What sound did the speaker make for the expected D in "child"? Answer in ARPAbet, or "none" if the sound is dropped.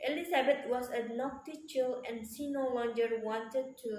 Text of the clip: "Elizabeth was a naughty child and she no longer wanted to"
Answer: none